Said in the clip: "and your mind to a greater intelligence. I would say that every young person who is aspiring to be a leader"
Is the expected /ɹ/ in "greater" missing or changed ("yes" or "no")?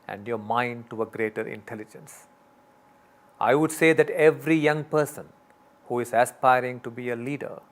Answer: no